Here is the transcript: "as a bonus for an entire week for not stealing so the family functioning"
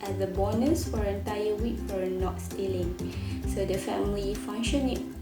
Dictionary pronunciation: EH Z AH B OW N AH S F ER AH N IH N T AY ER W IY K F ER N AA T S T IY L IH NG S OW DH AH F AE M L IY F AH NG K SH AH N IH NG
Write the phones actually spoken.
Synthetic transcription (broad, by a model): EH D AH B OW N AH S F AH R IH N T AY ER W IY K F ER N AA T S T IY L IH NG S OW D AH F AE M L IY F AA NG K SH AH N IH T